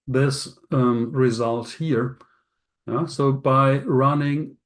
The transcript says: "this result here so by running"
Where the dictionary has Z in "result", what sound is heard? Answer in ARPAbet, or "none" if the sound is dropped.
Z